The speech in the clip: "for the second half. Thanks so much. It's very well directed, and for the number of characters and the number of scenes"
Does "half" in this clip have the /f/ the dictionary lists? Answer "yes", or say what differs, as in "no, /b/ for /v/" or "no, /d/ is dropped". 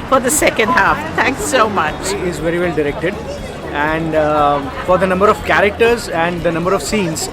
yes